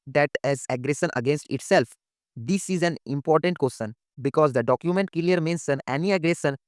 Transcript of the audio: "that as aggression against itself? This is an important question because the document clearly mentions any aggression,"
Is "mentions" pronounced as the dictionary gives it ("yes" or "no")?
no